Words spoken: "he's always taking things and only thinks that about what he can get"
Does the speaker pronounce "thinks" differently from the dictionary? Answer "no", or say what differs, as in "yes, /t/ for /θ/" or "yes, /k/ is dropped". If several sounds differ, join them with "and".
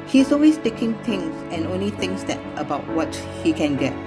yes, /k/ is dropped